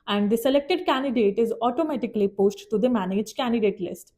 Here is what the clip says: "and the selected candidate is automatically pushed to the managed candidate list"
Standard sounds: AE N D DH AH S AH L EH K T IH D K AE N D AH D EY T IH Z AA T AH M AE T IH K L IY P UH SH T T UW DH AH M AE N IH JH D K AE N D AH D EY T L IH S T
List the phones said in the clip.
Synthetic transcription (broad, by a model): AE N D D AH S AH L EH K T IH D K AE N D AH D EY T IH Z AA T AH M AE T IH K L IY P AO S T T UW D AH M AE N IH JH K AE N D AH D EY T L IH S T